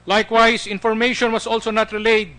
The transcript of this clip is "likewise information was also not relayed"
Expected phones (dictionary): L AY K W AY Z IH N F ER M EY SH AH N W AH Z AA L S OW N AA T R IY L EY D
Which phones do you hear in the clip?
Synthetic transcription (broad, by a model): L AY K W AY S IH N F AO M EY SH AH N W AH S AA L S OW N AA T R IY L EY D